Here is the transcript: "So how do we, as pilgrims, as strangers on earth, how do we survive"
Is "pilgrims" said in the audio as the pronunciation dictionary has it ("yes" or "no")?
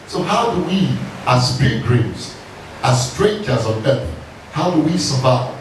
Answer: no